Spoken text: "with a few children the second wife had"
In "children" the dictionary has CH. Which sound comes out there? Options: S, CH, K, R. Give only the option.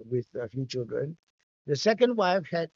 CH